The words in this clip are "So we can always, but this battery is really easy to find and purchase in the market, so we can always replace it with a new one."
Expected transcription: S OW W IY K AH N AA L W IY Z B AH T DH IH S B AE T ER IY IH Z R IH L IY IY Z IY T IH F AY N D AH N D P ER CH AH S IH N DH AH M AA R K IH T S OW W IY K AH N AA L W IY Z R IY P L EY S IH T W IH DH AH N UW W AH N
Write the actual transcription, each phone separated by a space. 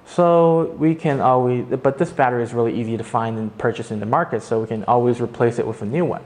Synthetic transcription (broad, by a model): S OW W IY K AH N AA L W IY Z B AH T DH IH S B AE T ER IH Z R IH L IY IY Z IY T IH F AY N D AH N P ER CH AH S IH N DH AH M AA R K IH T S OW W IY K AH N AA L W IY Z R IY P L EY S IH T W IH DH AH N UW W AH N